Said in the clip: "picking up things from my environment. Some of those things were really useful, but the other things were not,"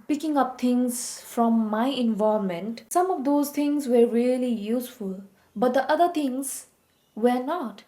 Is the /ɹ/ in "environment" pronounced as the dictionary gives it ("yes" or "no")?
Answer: no